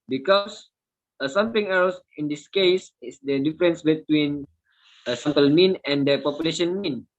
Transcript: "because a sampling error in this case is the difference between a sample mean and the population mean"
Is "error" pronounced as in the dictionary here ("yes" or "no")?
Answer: no